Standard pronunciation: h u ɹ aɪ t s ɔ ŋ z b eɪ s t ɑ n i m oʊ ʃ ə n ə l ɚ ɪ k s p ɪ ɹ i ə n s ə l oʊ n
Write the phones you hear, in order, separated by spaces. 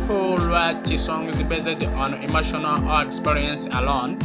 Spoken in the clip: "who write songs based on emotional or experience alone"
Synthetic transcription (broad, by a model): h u w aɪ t s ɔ ŋ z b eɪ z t ɑ n i m oʊ ʃ ə n ə l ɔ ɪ k s p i ɹ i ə n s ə l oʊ n